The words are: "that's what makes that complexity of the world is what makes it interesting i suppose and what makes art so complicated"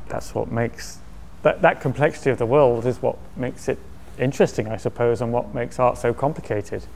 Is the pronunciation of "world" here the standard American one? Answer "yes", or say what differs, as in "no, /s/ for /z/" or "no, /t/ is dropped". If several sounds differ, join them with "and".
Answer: yes